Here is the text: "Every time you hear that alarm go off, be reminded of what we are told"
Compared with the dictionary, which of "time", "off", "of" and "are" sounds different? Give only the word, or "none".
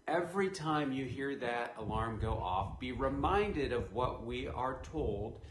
none